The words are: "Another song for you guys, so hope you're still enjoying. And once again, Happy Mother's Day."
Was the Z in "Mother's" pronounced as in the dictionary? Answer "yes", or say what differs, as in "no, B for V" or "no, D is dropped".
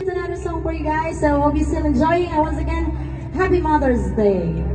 yes